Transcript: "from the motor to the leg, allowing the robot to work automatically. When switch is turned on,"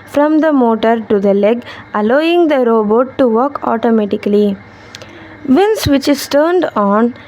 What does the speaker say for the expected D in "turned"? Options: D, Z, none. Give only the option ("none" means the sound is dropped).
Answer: D